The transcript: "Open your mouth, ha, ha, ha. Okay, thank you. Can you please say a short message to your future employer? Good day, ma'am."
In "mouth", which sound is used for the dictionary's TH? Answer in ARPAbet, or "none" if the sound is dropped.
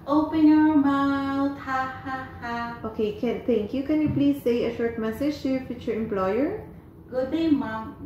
T